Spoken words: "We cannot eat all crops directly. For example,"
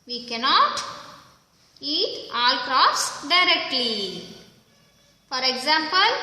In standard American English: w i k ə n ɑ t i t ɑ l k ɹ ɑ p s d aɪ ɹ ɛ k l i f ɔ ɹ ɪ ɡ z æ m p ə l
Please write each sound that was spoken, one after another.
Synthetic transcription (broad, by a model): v i k ə n ɑ t i t ɑ l k ɹ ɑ f s d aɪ ɹ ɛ k l i f ɔ ɹ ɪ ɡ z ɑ m p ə l